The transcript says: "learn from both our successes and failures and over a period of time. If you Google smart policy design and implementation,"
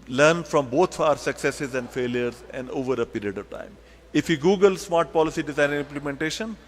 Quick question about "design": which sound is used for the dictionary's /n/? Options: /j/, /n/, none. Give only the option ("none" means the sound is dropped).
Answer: none